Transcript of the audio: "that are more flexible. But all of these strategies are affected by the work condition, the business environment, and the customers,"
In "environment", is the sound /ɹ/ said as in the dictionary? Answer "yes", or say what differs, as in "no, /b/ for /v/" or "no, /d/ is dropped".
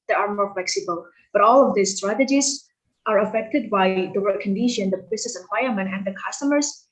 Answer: no, /ɹ/ is dropped